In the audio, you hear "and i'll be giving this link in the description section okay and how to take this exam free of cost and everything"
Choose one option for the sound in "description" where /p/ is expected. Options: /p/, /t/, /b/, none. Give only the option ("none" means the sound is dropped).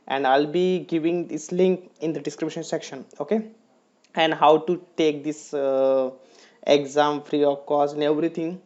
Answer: /b/